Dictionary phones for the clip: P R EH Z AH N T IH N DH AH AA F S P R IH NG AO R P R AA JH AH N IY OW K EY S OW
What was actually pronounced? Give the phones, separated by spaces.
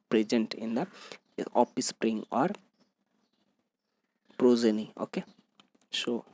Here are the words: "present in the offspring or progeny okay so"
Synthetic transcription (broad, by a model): P R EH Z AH N T IH N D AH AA P S P R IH NG AO R P R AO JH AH N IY OW K EY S OW